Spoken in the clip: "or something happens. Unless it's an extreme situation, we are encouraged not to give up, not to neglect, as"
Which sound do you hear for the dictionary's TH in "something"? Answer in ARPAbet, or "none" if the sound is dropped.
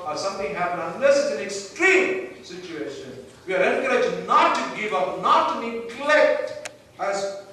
T